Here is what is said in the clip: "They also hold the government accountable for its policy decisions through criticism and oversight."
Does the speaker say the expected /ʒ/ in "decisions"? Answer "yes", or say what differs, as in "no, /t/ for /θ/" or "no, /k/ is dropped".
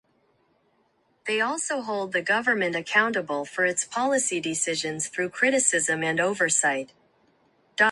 yes